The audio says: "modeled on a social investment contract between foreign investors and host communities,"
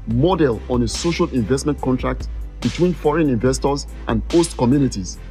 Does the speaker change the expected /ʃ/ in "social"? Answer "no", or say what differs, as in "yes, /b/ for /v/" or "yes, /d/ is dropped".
no